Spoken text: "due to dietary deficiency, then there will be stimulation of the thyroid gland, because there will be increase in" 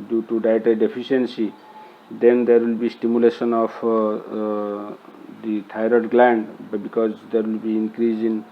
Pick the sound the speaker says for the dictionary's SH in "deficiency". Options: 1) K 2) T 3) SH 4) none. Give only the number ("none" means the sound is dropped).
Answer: 4